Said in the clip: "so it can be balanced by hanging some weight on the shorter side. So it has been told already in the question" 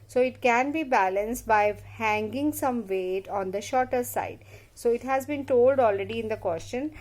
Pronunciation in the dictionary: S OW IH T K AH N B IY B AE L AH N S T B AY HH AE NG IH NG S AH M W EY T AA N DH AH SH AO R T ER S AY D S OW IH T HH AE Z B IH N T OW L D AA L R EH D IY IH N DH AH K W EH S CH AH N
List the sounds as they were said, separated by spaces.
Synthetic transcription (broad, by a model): S OW IH T K AH N B IY B AE L AH N S T B AY HH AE NG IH NG S AH M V EY T AA N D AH SH AO R T ER S AY D S OW IH T HH AE Z B IH N T OW L D AA L R EH D IY IH N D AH K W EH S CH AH N